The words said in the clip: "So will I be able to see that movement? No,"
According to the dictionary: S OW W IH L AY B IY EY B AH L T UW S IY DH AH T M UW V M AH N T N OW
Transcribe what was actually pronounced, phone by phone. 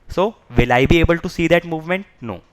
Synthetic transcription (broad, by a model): S OW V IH L AY B IY EY B AH L T UW S IY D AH T M UW V M AH N T N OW